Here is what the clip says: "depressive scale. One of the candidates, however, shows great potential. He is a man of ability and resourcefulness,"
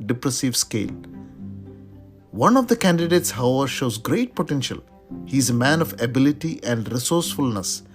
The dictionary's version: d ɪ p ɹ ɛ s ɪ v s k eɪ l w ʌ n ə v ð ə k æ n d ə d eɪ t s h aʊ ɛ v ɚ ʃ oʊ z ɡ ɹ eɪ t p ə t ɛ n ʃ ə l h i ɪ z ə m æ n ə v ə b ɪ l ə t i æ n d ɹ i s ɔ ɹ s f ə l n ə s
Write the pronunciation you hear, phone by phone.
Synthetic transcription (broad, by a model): d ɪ p ɹ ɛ s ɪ v s k eɪ l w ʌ n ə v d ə k æ n d ə d eɪ t s h aʊ ɛ v ɚ ʃ oʊ z ɡ ɹ eɪ t p ə t ɛ n ʃ ə l h i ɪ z ə m æ n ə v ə b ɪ l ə t i æ n d ɹ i s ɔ ɹ s f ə l n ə s